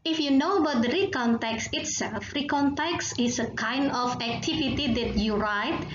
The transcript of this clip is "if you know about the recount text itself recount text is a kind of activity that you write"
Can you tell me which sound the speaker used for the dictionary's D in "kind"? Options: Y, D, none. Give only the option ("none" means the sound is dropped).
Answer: D